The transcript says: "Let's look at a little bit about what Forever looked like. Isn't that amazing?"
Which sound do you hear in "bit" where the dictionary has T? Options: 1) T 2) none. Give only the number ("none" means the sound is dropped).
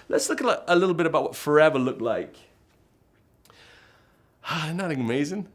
1